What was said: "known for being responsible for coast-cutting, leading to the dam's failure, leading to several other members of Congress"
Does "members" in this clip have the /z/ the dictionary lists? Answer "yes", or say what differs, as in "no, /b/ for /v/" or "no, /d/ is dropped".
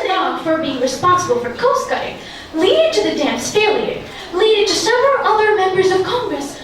yes